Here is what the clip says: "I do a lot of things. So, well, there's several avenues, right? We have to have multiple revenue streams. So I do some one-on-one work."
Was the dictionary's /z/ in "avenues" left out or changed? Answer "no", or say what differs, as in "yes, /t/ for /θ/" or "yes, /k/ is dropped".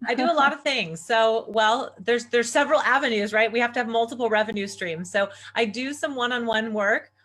no